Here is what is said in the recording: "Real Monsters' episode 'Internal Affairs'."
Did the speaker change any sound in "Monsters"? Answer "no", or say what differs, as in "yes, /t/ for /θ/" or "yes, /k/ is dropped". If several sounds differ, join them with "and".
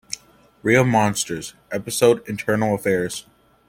no